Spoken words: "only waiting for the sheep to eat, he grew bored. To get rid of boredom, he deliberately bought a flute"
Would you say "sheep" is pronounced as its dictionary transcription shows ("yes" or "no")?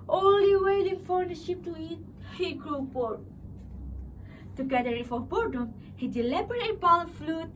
yes